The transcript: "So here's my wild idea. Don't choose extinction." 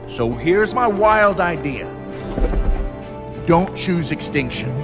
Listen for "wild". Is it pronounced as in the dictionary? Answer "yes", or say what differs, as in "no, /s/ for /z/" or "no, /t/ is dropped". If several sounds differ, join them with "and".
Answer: yes